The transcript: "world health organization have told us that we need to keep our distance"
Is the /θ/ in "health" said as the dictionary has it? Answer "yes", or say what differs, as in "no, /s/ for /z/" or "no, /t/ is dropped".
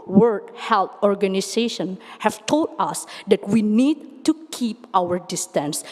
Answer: no, /t/ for /θ/